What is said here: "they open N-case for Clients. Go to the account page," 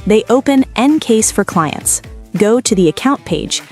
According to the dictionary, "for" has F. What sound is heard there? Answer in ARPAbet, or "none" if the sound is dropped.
F